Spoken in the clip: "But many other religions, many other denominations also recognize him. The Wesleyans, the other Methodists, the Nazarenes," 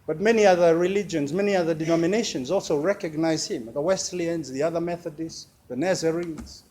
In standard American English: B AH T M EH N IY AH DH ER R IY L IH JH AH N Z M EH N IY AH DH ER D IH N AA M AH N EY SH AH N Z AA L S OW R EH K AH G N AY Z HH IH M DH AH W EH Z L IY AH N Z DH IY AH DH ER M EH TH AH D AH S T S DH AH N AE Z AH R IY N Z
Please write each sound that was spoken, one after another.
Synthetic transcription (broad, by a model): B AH T M EH N IY AH DH ER R IY L IH JH AH N Z M EH N IY AH DH ER D IH N AA M AH N EY SH AH N Z AA L S OW R EH K AH G N AY Z HH IH M DH AH W EH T L IY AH N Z DH IY AH DH ER M EH TH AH D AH S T DH AH N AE Z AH R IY N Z